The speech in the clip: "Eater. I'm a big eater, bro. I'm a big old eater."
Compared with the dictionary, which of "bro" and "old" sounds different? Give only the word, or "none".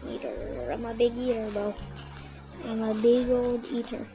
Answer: bro